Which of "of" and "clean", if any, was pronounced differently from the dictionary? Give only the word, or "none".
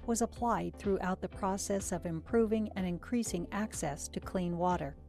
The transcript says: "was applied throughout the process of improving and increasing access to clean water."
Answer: none